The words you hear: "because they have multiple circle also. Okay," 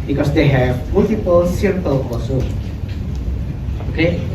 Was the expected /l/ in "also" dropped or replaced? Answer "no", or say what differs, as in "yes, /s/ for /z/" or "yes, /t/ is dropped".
yes, /l/ is dropped